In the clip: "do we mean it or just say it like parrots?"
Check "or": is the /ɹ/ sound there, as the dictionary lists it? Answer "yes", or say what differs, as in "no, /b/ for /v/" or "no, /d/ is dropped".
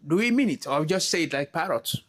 no, /w/ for /ɹ/